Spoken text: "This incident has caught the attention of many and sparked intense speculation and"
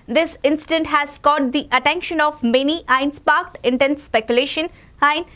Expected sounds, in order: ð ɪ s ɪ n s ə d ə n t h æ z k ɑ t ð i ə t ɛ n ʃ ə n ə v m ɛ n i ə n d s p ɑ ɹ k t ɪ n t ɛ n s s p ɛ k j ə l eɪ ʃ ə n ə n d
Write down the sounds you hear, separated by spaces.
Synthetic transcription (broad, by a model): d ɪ s ɪ n s ə d ə n t h æ z k ɑ t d i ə t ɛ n ʃ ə n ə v m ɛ n i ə n s p ɑ ɹ k t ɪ n t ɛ n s s p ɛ k j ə l eɪ ʃ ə n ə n